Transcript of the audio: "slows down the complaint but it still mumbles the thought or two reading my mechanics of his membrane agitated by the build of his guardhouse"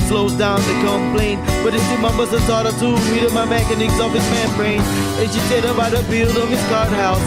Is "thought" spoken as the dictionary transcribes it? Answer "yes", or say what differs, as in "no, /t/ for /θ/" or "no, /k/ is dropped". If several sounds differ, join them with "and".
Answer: no, /s/ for /θ/